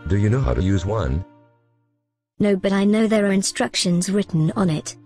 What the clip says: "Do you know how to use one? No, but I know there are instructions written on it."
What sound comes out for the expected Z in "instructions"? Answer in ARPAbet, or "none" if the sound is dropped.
Z